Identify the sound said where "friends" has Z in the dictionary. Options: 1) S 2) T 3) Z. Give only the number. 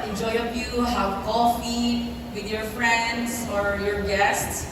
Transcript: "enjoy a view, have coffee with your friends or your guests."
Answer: 1